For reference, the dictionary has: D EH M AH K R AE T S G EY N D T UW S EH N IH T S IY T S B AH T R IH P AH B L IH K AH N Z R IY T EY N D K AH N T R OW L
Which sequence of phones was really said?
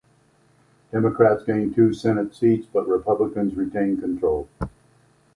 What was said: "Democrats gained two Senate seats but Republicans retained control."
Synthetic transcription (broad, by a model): D EH M AH K R AE T S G EY N T UW S EH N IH T S IY T S B AH T R IH P AH B L IH K AH N Z R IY T EY N K AH N T R OW L